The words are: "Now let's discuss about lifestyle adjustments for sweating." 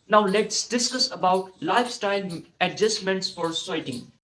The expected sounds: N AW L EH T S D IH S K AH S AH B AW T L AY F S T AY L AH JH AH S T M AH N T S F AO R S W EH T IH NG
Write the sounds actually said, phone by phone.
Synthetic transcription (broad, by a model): N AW L EH T S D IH S AH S AH B AW T L AY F S T AY L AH JH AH S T M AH N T S F AO R S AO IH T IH NG